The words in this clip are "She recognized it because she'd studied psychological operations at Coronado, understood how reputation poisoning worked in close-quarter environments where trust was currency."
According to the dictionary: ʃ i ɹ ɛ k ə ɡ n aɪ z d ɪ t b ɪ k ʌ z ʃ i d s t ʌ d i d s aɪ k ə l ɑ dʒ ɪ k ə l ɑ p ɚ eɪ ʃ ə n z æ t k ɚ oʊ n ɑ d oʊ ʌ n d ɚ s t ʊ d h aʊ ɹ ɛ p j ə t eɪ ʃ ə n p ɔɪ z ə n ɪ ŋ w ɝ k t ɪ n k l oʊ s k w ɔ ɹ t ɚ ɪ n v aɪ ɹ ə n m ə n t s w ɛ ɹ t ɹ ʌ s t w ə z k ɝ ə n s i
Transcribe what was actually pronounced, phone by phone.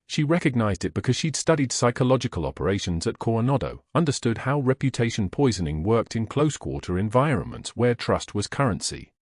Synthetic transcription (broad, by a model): ʃ i ɹ ɛ k ə ɡ n aɪ z d ɪ t b ɪ k ʌ z ʃ i d s t ʌ d i d s aɪ k ə l ɑ dʒ ɪ k ə l ɑ p ɚ eɪ ʃ ə n z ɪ t k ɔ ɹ n ɑ d oʊ ʌ n d ɚ s t ʊ d h aʊ ɹ ɛ p j ə t eɪ ʃ ə n p ɔɪ z ə n ɪ ŋ w ɝ k t ɪ n k l oʊ s k w ɔ ɹ t ɚ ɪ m v aɪ ɹ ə n m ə n t s w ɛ ɹ t ɹ ʌ s t w ə z k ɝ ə n s i